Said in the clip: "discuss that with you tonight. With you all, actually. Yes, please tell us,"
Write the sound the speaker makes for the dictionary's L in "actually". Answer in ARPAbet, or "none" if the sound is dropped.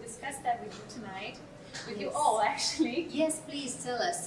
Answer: L